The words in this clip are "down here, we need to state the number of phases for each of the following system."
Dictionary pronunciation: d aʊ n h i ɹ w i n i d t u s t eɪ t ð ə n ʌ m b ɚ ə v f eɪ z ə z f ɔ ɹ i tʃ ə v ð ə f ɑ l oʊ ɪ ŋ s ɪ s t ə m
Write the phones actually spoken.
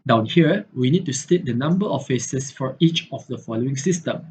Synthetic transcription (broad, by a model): d aʊ n h i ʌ w i n i d t u s t eɪ t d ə n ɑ m b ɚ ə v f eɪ s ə s f ɔ ɹ i tʃ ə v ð ə f ɑ l oʊ ɪ ŋ s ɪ s t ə m